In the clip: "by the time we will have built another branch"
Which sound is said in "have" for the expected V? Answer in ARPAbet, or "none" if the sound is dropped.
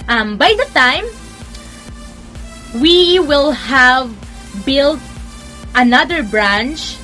V